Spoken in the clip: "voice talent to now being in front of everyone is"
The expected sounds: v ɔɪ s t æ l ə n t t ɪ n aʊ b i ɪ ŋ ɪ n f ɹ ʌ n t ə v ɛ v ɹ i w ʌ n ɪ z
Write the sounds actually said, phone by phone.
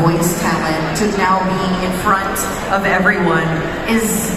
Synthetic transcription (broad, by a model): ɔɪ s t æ l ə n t t ɪ n aʊ b i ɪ ɪ n f ɹ ʌ n t ə v ɛ v ɹ i w ʌ n ɪ z